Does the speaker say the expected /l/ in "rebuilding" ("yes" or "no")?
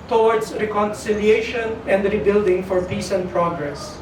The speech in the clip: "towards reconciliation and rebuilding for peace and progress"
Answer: yes